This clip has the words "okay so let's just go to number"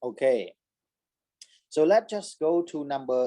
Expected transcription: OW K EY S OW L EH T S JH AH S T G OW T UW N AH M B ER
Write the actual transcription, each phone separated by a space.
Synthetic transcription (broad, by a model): OW K EY S OW L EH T JH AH S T G OW T UW N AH M B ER